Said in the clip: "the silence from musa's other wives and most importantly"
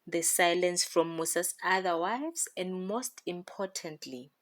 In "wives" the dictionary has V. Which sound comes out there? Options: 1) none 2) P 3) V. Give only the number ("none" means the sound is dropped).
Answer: 1